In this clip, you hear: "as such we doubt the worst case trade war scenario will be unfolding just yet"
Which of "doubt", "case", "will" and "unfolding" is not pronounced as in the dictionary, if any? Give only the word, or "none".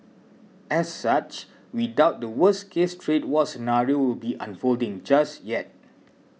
none